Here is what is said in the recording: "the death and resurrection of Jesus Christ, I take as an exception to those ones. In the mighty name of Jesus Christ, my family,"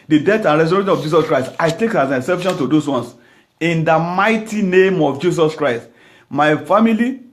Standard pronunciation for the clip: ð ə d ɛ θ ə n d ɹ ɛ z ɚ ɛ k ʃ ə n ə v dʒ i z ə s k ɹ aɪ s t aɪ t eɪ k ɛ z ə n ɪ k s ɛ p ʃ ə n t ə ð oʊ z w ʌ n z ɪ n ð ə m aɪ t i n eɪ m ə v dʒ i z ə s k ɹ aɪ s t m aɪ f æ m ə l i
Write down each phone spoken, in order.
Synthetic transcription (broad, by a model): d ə d ɛ t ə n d ɹ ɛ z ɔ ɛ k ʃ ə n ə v dʒ i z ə s k ɹ aɪ s t aɪ t eɪ k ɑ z ə n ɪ s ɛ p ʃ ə n t ə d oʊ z w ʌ n s ɪ n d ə m aɪ t i n eɪ m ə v dʒ i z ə s k ɹ aɪ s t m aɪ f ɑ m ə l i